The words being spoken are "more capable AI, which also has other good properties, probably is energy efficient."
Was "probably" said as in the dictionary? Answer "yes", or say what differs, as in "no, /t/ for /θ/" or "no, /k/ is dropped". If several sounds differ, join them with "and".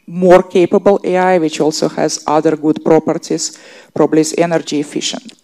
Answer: yes